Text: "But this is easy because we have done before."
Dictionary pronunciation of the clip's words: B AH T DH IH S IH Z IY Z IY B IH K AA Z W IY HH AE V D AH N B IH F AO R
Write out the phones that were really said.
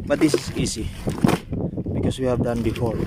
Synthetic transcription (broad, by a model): B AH T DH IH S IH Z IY S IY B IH K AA S W IY HH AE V D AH N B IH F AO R